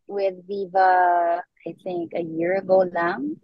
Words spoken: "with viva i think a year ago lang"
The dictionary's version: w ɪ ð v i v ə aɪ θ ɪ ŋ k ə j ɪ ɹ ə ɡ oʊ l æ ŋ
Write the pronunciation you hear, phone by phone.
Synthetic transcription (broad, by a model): w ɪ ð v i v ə aɪ θ ɪ ŋ k ə j ɪ ɹ ə ɡ oʊ l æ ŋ